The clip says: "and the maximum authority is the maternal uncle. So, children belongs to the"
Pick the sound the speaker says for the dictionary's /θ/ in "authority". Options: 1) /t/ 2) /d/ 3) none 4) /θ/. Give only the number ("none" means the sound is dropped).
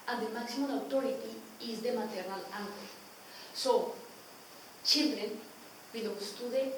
1